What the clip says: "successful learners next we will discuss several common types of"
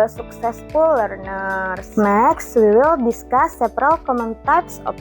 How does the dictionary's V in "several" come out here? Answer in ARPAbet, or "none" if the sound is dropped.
P